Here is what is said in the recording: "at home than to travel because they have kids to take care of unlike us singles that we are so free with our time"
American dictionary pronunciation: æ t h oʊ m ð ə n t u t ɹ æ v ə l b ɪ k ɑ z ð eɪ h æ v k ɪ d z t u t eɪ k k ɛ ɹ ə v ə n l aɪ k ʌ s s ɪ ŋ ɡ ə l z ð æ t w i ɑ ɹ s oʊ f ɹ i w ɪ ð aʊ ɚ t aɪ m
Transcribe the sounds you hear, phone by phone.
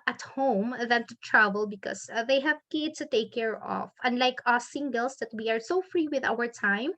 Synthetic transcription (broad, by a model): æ t h oʊ m ð ə n t u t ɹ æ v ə l b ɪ k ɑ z ð eɪ h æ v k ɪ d t u t eɪ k k ɛ ɹ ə f ə n l aɪ k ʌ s s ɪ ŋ ɡ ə l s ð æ t w i ɑ ɹ s oʊ f ɹ i w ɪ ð aʊ ɚ t aɪ m